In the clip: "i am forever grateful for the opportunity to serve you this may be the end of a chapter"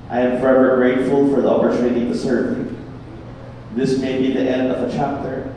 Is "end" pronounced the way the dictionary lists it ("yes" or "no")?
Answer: yes